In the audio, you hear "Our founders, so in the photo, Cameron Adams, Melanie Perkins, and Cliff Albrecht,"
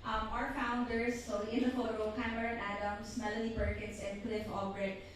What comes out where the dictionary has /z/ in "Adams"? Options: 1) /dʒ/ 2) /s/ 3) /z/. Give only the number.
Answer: 2